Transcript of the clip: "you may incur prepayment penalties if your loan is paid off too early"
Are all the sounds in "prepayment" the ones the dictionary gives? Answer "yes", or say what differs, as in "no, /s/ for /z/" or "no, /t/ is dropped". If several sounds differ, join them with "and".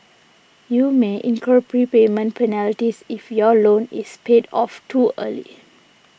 yes